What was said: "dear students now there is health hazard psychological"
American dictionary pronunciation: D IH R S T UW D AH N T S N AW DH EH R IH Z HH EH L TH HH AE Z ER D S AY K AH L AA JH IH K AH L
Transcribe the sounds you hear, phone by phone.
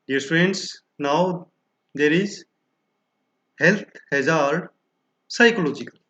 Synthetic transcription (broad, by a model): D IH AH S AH N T S N AW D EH R IH Z HH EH L T HH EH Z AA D S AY K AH L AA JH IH K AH L